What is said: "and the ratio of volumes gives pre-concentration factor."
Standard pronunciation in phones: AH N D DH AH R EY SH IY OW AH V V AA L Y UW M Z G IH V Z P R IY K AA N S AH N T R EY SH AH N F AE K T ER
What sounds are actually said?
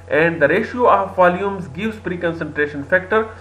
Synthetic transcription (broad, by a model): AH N D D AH R EY SH IY OW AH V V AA L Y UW M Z G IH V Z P R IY K AA N S AH N T R EY SH AH N F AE K T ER